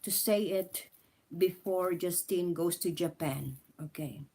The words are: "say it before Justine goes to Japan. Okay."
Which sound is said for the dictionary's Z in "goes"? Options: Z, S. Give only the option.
S